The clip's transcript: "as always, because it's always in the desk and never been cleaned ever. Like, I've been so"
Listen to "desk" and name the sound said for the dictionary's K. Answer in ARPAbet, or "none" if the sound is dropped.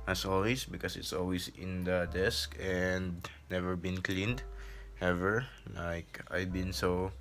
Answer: K